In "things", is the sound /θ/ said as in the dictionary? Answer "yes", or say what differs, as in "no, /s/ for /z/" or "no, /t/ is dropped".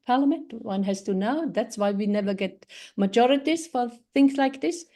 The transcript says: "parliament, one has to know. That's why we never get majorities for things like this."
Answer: yes